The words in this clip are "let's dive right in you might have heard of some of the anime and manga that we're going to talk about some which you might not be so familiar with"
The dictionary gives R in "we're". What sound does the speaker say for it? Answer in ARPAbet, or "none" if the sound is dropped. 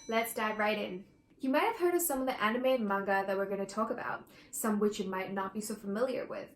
R